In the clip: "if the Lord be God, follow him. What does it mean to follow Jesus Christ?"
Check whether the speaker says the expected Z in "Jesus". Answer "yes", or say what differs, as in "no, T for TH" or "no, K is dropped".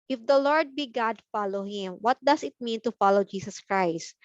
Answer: no, S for Z